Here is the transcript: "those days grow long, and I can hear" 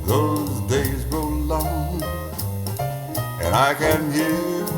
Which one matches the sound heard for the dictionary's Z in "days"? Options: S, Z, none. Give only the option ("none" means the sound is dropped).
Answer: Z